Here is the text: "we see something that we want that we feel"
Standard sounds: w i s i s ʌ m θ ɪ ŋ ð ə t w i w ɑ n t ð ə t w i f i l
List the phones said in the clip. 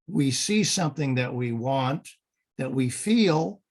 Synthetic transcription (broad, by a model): w i s i s ʌ m θ ɪ ŋ ð ə t w i w ɑ n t ð ə t w i f i l